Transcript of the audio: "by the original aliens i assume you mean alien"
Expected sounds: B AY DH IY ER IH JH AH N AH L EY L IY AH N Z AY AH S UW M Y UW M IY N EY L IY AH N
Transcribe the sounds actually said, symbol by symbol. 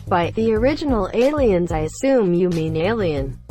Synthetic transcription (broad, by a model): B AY DH IY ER IH JH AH N L EY L IY AH N Z AY AH S UW M Y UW M IY N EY L IY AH N